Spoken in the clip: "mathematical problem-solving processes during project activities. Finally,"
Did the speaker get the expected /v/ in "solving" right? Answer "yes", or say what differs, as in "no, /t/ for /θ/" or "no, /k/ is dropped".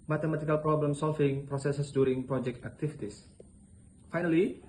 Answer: no, /f/ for /v/